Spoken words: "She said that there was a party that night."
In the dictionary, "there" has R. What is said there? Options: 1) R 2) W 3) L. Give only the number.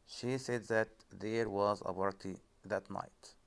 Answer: 1